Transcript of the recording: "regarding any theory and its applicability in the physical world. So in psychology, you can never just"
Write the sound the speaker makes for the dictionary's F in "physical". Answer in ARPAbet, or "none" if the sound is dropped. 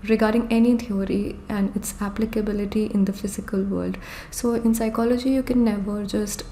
F